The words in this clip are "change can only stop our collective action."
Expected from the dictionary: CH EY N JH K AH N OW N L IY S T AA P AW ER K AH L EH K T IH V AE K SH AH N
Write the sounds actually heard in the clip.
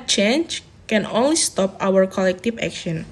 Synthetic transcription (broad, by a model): CH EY N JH K AH N OW N L IY S T AA P AW ER K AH L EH K T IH F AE K SH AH N